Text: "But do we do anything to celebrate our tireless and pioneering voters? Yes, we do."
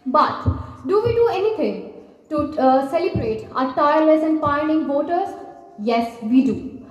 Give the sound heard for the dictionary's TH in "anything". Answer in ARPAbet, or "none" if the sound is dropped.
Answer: T